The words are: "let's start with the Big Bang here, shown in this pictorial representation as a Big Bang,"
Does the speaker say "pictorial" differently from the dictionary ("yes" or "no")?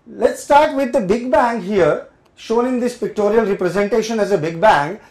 no